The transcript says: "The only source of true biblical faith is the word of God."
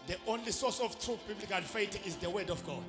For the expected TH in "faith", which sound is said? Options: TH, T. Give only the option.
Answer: T